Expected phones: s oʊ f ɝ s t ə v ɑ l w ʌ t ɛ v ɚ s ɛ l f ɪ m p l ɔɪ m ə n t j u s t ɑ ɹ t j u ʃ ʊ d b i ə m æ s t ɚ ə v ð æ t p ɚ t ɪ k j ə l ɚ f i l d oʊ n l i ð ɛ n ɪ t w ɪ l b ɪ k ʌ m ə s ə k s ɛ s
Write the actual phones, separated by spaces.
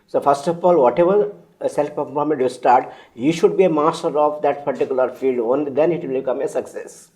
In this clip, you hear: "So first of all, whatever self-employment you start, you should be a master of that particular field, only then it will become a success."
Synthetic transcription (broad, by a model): s oʊ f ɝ s t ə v ɑ l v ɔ t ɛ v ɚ s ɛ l p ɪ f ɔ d m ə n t j u s t ɑ ɹ t j u ʃ ʊ d b i ə m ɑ s t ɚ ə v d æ t p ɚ t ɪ k j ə l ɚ f i l d oʊ n l i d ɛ n ɪ t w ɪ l b ɪ k ʌ m ə s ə k s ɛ s